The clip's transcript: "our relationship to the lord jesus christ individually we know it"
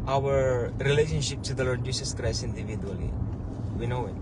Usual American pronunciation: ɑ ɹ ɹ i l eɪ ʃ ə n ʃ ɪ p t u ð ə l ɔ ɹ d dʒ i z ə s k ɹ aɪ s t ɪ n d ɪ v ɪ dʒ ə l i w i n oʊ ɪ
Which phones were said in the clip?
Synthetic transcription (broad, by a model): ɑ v ɹ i l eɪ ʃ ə n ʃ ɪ p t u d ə l ɔ ɹ d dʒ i s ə s k ɹ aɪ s ɪ n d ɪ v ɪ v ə l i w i n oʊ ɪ